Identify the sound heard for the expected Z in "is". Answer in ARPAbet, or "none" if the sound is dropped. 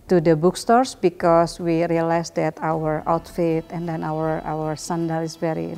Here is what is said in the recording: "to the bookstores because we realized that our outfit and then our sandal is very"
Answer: S